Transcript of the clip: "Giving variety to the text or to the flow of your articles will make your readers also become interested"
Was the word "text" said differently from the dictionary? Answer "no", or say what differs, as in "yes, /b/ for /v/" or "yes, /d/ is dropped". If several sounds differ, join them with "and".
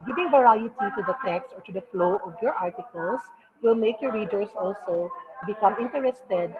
no